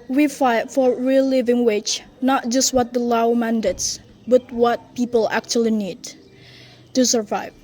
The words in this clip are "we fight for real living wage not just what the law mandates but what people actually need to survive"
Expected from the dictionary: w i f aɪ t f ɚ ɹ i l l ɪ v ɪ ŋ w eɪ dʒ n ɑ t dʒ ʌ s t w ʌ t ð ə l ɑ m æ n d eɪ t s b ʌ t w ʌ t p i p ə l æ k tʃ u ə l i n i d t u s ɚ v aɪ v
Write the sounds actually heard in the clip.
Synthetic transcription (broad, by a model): w i f aɪ t f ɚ ɹ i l l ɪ v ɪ ŋ w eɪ tʃ n ɑ t dʒ ʌ s t w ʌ t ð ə l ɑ m æ n d eɪ t s b ʌ t w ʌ t p i p ə l æ k tʃ u ə l i n i d t u s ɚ v aɪ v